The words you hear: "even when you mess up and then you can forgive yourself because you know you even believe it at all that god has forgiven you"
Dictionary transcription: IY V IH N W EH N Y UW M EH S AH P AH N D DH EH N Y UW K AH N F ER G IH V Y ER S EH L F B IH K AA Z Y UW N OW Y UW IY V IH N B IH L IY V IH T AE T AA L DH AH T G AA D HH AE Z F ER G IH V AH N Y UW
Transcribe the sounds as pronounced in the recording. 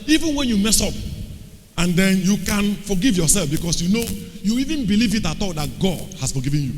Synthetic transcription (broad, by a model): IY V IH N W EH N Y UW M EH S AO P AH N D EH N Y UW K AH N F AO G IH V Y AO S EH L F B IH K AA S Y UW N OW Y UW IY V IH N B IH L IY V IH T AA T AA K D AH T G AA D HH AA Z F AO G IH V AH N Y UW